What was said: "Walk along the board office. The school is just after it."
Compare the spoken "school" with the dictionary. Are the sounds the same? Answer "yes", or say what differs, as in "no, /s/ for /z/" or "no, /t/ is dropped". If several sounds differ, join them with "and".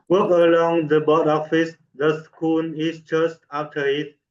no, /n/ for /l/